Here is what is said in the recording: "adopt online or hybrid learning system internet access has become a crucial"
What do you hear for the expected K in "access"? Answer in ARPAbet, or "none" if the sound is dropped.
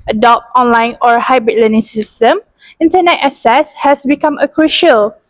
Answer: none